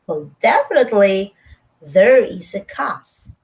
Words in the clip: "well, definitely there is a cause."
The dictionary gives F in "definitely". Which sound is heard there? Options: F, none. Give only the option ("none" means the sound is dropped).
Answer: F